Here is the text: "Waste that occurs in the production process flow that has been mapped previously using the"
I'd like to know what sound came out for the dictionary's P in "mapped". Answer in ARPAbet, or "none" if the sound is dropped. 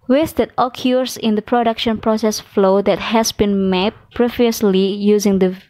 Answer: none